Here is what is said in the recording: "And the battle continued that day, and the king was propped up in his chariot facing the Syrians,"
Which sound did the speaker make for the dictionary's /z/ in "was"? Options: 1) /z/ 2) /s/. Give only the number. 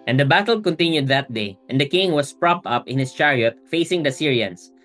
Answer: 2